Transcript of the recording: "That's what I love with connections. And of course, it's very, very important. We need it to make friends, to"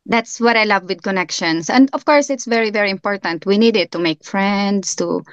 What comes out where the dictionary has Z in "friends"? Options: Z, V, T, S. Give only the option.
S